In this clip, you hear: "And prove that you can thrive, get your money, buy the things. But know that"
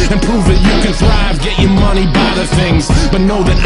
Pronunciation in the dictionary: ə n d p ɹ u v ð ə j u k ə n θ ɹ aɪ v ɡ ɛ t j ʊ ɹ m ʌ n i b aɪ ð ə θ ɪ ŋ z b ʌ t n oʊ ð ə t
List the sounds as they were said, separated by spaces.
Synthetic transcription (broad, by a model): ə n p ɹ u v ð ə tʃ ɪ k ə n θ ɹ aɪ v ɡ ɛ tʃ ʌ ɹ m ʌ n i b aɪ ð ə θ ɪ ŋ z b ʌ t n oʊ ð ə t